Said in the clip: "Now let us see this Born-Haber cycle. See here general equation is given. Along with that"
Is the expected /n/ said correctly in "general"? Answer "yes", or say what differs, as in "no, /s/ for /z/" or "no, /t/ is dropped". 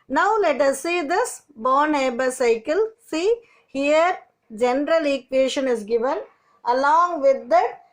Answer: yes